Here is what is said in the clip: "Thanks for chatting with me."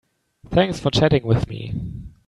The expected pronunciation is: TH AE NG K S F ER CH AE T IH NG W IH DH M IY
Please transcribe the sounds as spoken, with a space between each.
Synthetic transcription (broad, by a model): TH AE NG K S F ER CH AE T IH NG W IH DH M IY